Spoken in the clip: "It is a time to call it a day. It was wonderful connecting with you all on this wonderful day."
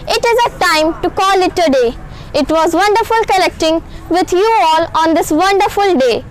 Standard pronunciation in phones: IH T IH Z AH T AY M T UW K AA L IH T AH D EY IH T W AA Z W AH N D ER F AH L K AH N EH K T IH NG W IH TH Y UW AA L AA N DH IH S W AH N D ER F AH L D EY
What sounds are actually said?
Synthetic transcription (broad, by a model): IH T IH Z AH T AY M T UW K AA L IH T AH D EY IH T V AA Z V AH N D ER F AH L K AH L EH K T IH NG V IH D Y UW AA L AA N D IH S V AH N D ER F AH L D EY